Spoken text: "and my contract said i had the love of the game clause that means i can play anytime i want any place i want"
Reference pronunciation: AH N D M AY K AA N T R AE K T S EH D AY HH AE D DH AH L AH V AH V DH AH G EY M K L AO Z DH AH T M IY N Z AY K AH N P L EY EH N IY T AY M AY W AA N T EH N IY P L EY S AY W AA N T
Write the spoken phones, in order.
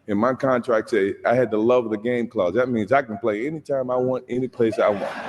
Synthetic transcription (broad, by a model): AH N M AY K AA N T R AE K T S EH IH AY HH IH D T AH L AH V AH DH AH G EY M K L AO Z DH AH T M IY N Z AY K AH N P L EY EH N IY T AY M AY W AA N T EH N IY P L EY S AY W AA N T